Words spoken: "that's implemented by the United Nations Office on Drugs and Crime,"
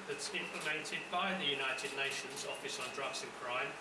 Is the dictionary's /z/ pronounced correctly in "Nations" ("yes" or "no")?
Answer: yes